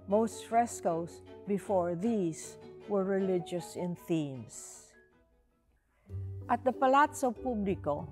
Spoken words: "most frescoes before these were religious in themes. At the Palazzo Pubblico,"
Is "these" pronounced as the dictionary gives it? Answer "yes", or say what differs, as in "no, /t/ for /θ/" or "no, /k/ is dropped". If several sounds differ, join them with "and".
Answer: no, /s/ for /z/